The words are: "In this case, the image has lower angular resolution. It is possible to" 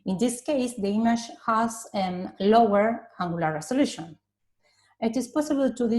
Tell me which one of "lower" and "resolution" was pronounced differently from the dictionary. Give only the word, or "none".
resolution